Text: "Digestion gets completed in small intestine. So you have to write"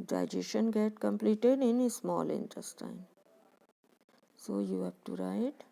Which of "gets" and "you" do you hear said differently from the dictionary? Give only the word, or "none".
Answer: gets